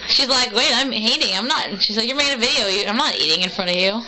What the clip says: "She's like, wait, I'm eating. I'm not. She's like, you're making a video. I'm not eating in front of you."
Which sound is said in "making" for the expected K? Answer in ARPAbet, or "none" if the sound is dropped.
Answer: none